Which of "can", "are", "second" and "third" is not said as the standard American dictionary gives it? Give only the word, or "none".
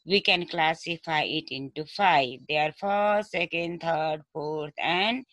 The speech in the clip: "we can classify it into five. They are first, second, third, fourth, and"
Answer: third